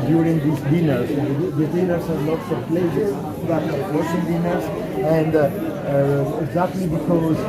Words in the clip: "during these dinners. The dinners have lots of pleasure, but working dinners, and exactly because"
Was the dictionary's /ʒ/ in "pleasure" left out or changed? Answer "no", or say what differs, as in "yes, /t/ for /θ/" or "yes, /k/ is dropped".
yes, /s/ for /ʒ/